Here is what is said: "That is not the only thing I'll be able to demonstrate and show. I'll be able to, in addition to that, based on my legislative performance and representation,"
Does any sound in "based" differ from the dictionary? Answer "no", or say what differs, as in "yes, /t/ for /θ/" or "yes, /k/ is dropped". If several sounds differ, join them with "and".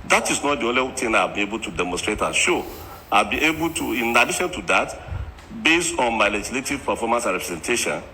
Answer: no